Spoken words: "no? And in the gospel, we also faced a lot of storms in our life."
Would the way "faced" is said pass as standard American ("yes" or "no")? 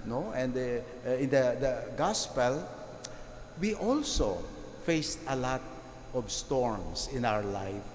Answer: yes